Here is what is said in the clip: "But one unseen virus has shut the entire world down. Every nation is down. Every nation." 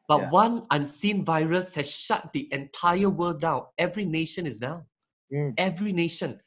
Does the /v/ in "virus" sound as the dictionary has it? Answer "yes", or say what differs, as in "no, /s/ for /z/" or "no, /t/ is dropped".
yes